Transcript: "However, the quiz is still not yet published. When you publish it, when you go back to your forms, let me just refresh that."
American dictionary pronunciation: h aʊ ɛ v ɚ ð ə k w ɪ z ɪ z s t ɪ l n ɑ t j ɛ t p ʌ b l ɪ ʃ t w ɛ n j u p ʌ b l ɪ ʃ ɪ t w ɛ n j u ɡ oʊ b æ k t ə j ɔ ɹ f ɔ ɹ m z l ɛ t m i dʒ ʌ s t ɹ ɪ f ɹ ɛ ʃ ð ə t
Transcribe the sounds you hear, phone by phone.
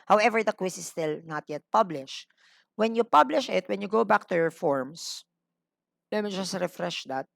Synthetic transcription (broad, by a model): h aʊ ɛ v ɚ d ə k w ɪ s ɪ s t ɪ l n ɑ t j ɛ t p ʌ b l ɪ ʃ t w ɛ n j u p ʌ b l ɪ ʃ ɪ t w ɛ n j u ɡ oʊ b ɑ k t ə j ɔ ɹ f ɔ ɹ m s l ɛ t m i dʒ ʌ s t ɹ ɪ f ɹ ɛ ʃ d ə t